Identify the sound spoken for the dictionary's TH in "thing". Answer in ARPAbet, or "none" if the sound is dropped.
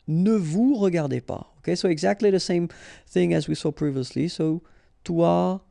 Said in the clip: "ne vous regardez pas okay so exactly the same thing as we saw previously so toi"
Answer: TH